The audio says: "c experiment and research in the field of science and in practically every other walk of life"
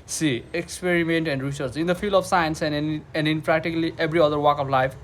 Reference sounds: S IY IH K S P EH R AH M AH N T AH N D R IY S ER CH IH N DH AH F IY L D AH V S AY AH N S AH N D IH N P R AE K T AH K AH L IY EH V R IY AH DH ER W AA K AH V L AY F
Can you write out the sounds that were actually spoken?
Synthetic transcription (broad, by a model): S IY IH K S P EH R AH M AH N T AH N D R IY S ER S IH N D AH F IY L D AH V S AY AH N S AH N D IH N P R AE K T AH K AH L IY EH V R IY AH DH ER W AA K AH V L AY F